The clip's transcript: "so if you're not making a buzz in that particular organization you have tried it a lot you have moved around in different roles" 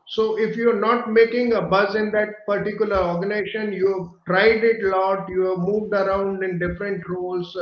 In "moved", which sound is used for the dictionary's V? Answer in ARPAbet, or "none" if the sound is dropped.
V